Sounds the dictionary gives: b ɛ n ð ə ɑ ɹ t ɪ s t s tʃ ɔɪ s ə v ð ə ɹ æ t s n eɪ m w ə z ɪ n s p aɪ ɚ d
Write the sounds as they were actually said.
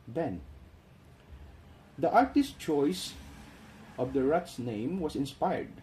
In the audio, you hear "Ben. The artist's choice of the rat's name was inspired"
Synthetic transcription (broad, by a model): b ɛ n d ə ɑ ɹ t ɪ s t tʃ ɔɪ s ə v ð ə ɹ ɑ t s n eɪ m w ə s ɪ n s p aɪ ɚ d